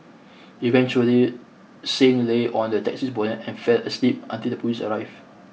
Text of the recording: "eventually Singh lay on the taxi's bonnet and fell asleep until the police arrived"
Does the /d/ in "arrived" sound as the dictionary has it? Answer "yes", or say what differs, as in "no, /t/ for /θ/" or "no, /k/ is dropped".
no, /d/ is dropped